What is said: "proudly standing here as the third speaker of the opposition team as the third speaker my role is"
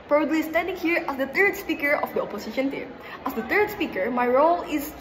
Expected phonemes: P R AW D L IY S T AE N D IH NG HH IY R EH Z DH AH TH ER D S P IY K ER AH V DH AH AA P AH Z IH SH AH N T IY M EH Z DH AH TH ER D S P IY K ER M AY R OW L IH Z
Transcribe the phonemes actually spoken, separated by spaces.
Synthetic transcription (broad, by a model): P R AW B L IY S T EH D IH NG HH IY R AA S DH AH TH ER D S P IY K ER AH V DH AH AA P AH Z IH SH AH N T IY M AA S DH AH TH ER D S P IY K ER M AY R OW L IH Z